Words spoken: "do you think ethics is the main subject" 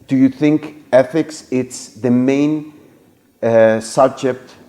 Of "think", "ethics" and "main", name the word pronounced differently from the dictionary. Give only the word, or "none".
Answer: none